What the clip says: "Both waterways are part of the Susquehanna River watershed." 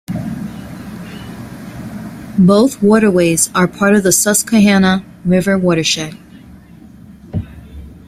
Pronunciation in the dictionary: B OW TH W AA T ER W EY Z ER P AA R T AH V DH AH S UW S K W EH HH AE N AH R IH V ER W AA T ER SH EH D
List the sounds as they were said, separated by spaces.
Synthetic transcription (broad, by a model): B OW TH W AA T ER W EY Z ER P AA R T AH V DH AH S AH S K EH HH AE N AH R IH V ER W AA T ER SH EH